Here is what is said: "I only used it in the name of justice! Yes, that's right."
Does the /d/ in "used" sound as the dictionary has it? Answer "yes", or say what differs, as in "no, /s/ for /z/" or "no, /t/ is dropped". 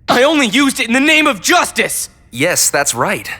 yes